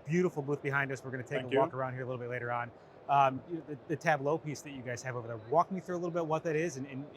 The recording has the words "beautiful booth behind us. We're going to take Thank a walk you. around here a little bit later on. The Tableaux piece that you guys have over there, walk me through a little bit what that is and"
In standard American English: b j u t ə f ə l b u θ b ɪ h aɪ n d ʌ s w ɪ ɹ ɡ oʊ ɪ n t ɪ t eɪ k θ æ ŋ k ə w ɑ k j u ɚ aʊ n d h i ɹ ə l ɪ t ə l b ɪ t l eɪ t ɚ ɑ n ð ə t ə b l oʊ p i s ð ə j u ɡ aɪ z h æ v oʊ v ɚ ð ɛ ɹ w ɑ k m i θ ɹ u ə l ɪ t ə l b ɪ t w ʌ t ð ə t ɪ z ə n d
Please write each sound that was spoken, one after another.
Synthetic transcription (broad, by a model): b j u t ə f l b u θ b ɪ h aɪ n d ʌ s w ɪ ɹ ɡ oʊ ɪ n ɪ t eɪ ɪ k ə w ɑ k ɚ aʊ n d h i ɹ ə l ɪ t l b ɪ t l eɪ t ɚ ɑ n ð ə t ə b l oʊ p i s ð ə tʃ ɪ ɡ aɪ z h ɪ v oʊ v ɚ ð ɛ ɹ w ɑ k m i θ ɹ u ə l ɪ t l b ɪ t w ʌ t ð ə t ɪ z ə n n